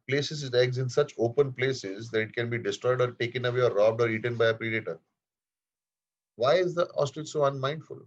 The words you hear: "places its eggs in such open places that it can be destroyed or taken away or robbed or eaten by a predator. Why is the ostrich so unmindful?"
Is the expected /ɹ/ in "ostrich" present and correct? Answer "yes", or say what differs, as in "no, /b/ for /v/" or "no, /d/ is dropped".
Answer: no, /ɹ/ is dropped